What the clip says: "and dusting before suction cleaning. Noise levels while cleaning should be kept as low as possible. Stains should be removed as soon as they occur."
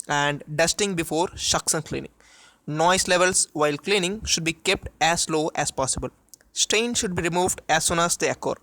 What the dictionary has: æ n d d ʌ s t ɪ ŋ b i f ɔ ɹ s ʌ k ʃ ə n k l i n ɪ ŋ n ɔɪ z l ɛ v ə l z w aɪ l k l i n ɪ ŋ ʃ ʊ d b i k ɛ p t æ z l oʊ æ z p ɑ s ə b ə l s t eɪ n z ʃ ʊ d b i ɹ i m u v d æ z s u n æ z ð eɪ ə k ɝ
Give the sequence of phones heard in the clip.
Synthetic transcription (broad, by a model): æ n d d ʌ s t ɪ ŋ b i f ɔ ɹ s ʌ k s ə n k l i n ɪ ŋ n ɔɪ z l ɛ v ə l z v aɪ l k l i n ɪ ŋ ʃ ʊ d b i k ɛ p t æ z l oʊ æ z p ɑ s ə b ə l s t eɪ n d ʃ ʊ d b i ɹ i m u v d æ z s u n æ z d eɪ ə k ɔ